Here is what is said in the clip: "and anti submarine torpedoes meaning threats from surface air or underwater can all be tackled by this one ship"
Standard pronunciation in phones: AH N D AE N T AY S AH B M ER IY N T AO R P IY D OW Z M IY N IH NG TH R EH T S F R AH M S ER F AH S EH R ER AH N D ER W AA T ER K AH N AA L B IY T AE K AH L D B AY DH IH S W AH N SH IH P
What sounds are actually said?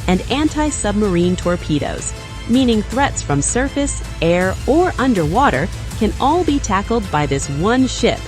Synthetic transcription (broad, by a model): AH N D AE N T AY S AH B M ER IY N T AO R P IY D OW Z M IY N IH NG TH R EH T S F R AH M S ER F AH S EH R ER AH N D ER W AA T ER K AH N AA L B IY T AE K L D B AY DH IH S W AH N SH IH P